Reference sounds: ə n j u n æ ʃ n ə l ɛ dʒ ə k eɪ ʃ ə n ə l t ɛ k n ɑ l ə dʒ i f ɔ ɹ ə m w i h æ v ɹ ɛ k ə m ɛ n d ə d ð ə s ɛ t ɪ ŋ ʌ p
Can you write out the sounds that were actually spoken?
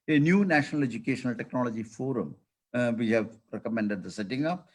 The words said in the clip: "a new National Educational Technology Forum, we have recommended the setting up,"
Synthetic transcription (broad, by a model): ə n j u n æ ʃ n ə l ɛ dʒ ə k eɪ ʃ ə n ə l t ɛ k n ɑ l ə dʒ i f ɔ ɹ ə m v i h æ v ɹ ɛ k ə m ɛ n d ə d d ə s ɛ t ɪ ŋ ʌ p